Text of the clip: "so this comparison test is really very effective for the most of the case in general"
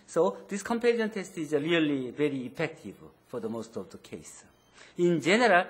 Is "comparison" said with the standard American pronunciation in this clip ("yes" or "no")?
no